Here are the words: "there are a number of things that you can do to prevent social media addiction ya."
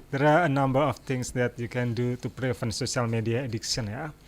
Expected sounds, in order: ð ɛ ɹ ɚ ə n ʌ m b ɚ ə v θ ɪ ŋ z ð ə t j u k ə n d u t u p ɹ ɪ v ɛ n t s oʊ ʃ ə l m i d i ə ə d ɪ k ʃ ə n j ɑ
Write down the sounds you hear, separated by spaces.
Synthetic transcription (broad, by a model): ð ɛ ɹ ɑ ə n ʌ m b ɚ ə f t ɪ ŋ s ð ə t j u k ə n d u t u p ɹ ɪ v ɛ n s oʊ s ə l m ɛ d i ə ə d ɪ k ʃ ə n j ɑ